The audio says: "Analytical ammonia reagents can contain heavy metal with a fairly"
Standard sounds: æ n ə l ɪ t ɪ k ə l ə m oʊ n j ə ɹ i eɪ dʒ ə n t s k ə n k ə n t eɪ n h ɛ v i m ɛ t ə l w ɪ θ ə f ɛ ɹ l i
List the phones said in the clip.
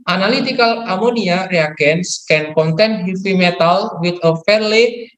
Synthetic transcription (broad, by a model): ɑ n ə l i t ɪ k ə l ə m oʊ n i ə ɹ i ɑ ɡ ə n s k ə n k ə n t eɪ n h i f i m ɛ t ə l w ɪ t ə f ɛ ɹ l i